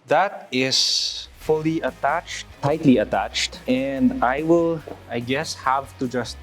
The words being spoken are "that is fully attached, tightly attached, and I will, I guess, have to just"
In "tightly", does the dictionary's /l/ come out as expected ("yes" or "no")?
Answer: yes